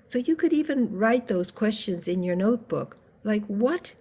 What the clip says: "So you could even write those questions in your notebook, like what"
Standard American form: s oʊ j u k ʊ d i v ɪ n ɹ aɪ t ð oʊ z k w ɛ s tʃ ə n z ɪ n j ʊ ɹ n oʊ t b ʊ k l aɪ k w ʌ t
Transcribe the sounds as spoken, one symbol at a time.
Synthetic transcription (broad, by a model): s oʊ j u k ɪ d i v ɪ n ɹ aɪ t ð oʊ z k w ɛ s tʃ ə n z ɪ n j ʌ ɹ n oʊ t b ʊ k l aɪ k w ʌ t